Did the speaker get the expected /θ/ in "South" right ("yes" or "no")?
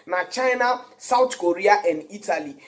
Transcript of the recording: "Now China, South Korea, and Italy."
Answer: no